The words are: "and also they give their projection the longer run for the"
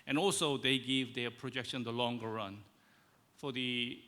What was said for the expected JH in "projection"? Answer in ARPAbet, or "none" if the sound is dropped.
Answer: JH